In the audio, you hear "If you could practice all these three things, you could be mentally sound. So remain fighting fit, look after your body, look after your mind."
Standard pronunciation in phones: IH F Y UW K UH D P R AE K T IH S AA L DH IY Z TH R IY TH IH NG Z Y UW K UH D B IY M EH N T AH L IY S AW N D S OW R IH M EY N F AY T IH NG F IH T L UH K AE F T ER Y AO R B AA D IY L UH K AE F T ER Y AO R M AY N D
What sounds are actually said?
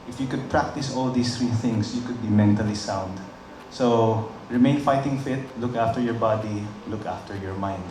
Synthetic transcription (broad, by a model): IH F Y UW K UH D P R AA K T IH S AA L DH IY S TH R IY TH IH NG S Y UW K UH D B IY M EH N T AH L IY S AW N D S OW R IH M EY N F AY T IH NG F IH T L UH K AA F T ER Y AO R B AA D IY L UH K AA F T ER Y AO R M AY N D